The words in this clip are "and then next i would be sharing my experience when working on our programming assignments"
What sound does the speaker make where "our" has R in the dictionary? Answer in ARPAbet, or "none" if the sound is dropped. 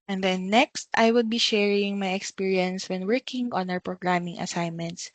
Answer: W